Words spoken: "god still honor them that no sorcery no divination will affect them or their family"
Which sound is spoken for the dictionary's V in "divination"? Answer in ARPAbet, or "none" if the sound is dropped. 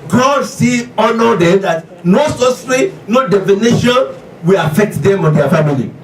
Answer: F